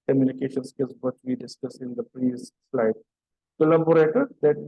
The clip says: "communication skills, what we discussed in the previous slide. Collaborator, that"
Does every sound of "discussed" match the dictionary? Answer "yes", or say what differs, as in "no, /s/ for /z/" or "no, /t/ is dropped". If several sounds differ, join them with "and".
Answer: no, /t/ is dropped